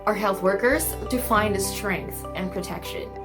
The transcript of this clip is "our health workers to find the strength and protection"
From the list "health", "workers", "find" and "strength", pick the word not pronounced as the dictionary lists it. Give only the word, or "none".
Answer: none